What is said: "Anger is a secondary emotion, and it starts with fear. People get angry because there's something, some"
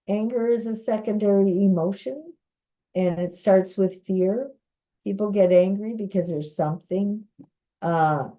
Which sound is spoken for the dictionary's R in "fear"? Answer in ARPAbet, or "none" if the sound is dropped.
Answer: R